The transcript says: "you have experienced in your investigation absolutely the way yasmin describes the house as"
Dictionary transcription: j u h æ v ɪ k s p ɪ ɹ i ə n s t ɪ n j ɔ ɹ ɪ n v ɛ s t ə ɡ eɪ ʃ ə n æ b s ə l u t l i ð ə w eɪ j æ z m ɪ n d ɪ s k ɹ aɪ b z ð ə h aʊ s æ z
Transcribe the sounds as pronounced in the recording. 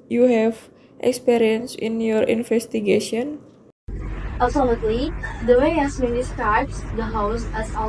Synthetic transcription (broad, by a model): j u h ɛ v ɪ k s p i ɹ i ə n s ɪ n j ɔ ɹ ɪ n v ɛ s t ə ɡ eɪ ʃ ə n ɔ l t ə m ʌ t l i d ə w eɪ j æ s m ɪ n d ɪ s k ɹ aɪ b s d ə h aʊ s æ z